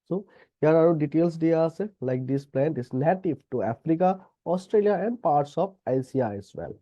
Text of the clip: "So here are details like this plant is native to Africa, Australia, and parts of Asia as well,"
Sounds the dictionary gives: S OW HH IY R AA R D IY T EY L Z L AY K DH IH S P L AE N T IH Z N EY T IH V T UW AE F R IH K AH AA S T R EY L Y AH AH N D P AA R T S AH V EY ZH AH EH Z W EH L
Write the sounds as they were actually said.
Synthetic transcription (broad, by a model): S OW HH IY R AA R D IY T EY L S L AY K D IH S P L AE N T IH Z N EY T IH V T UW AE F R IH K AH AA S T R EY L Y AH AH N D P AA R T S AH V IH S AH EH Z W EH L